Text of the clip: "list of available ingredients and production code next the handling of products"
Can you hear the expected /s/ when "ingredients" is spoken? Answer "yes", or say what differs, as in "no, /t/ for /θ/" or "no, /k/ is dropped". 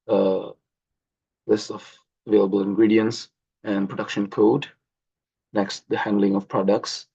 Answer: yes